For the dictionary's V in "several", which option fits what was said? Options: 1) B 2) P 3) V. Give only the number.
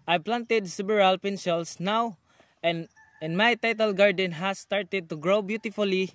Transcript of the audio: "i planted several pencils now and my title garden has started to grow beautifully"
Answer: 1